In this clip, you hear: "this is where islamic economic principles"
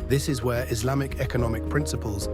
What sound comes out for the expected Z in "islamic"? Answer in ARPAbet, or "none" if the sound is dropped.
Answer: Z